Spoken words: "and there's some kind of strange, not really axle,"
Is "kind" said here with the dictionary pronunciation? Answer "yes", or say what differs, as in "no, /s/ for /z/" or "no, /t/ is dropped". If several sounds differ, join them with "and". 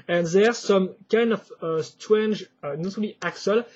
yes